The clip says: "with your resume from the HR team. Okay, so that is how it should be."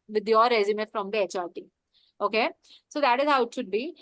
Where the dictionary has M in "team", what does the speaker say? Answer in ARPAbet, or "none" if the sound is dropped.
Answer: none